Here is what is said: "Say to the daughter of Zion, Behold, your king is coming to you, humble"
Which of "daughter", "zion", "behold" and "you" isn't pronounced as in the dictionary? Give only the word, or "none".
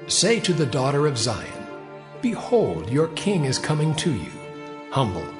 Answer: none